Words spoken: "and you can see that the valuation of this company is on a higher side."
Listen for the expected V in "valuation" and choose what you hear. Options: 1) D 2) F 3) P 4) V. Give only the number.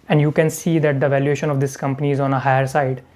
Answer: 4